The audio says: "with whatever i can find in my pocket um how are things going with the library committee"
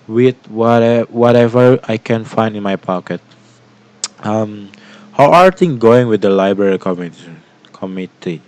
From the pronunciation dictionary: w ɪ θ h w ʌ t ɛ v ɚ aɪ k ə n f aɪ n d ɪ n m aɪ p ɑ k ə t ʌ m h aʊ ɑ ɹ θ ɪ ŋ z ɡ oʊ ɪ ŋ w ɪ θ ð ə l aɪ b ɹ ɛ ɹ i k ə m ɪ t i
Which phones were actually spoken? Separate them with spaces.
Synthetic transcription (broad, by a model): w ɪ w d w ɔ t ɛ v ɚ aɪ k ə n f aɪ n d ɪ n m aɪ p ɑ k ə t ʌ m h aʊ ɑ ɹ t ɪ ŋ ɡ oʊ ɪ ŋ w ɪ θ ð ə l aɪ b ɹ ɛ ɹ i k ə m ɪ t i